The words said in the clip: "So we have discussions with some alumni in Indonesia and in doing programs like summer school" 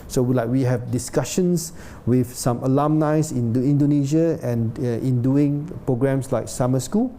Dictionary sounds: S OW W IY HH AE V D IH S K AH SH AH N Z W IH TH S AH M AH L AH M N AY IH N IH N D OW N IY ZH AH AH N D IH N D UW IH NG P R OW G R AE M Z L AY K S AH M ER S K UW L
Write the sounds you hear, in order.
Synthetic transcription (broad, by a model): S OW W IY HH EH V D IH S K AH SH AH N S W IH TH S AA M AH L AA M N AY IH N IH N D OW N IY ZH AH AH N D IH N D UW IH NG P R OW G R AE M S L AY K S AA M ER S K UW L